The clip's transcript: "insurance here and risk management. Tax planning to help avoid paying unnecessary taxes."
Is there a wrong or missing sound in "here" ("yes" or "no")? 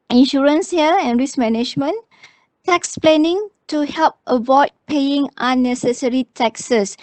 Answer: yes